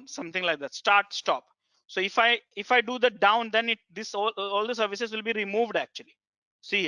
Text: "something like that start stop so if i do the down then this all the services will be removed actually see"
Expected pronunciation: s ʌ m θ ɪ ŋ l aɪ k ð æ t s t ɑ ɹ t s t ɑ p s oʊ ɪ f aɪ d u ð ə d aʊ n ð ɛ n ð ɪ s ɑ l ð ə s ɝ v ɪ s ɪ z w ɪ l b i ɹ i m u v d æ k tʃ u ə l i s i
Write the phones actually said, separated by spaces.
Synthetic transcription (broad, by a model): s ʌ m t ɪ ŋ l aɪ k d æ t s t ɑ ɹ t s t ɑ p s oʊ ɪ f aɪ d u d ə d aʊ n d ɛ n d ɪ s ɑ l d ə s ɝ v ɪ s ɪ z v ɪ l b i ɹ i m u v d æ k tʃ u ə l i s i